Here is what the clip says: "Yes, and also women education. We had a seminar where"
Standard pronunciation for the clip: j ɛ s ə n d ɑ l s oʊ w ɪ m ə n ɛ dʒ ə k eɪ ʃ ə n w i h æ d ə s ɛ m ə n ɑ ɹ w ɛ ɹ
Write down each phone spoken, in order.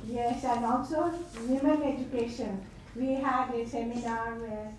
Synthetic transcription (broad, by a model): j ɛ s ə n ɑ n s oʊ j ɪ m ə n ɛ dʒ ə k eɪ ʃ ə n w i h æ d ə s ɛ m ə n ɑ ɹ ɹ